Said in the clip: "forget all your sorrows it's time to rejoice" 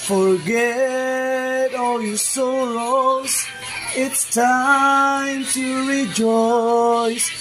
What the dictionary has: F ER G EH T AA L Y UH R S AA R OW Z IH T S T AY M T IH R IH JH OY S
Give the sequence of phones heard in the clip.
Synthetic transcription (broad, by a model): F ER G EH T AA L Y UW S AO L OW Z IH T S T AY M T IH R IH JH OY S